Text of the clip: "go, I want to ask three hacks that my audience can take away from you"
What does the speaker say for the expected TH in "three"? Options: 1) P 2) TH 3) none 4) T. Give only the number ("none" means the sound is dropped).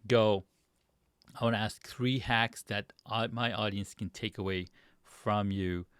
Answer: 2